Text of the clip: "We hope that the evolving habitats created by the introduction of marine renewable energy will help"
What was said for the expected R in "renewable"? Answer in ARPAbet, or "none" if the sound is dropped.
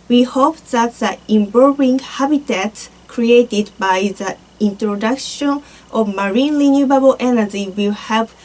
L